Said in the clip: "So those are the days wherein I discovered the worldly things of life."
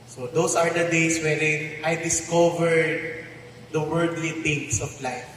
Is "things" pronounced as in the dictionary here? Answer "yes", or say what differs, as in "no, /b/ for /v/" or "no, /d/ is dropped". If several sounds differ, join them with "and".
no, /t/ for /θ/ and /s/ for /z/